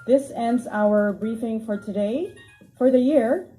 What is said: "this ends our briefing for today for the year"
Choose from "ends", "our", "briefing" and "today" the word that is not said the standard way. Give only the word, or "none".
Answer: none